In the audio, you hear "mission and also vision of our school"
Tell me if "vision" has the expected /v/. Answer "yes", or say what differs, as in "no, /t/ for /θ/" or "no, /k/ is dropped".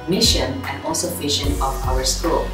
no, /f/ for /v/